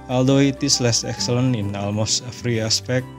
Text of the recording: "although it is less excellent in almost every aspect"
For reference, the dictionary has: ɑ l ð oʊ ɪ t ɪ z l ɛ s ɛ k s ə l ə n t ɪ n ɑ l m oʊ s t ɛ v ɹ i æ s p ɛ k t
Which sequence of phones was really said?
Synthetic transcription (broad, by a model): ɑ l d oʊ ɪ t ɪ s l ɛ s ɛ k s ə l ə n ɪ n ɑ l m oʊ s t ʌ f ɹ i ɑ s p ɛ k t